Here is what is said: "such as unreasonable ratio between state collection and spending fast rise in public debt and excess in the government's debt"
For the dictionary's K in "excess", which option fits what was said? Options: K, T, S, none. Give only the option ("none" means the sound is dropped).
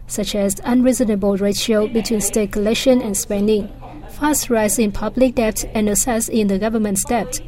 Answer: none